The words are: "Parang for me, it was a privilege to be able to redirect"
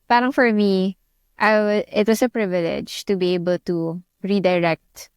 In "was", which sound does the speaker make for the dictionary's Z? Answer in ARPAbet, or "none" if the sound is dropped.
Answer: S